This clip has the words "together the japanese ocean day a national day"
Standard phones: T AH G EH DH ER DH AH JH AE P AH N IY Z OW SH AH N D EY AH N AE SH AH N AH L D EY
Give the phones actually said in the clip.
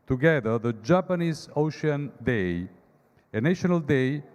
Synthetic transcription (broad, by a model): T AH G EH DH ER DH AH JH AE P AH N IY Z OW SH AH N D EY AH N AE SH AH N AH L D EY